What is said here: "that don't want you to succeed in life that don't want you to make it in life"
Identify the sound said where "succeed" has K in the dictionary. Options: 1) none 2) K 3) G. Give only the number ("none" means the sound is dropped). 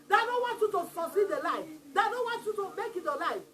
1